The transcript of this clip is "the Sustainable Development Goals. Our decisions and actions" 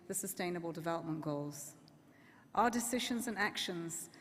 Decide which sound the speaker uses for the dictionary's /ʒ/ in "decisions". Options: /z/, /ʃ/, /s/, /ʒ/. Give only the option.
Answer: /ʒ/